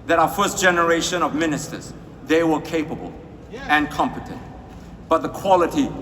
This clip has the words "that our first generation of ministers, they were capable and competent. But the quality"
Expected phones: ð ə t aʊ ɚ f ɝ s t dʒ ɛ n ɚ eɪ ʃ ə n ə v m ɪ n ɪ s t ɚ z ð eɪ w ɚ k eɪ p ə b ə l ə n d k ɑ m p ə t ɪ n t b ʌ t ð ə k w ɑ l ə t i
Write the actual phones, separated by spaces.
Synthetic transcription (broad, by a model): ð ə t aʊ ɚ f ɝ s t dʒ ɛ n ɚ eɪ ʃ ə n ə v m ɪ n ɪ s t ɚ z ð eɪ w ɚ k eɪ p ə b ə l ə n k ɑ m p ə t ɪ n t b ʌ t ð ə k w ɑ l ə t i